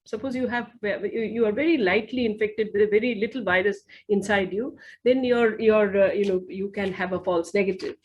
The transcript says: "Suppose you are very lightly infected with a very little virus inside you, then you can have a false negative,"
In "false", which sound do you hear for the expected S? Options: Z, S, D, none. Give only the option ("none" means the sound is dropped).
S